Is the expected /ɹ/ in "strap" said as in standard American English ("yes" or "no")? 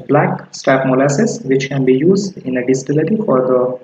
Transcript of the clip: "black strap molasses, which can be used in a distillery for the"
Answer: no